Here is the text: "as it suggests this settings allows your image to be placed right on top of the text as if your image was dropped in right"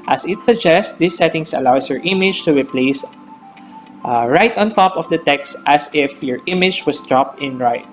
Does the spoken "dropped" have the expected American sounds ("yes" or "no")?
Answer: yes